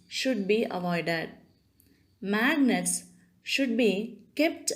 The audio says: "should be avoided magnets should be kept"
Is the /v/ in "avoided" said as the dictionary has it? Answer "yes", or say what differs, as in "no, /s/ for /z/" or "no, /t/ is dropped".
yes